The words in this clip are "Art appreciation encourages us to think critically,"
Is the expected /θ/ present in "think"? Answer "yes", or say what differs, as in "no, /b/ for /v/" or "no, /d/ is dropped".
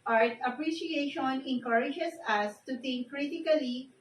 no, /t/ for /θ/